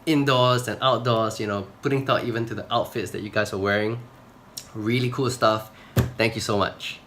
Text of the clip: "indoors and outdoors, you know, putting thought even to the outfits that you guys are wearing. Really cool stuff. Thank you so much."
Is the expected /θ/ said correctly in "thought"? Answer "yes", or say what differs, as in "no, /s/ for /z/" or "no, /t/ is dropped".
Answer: no, /t/ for /θ/